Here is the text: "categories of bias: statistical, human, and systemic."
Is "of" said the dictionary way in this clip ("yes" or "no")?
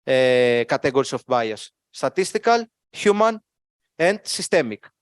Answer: no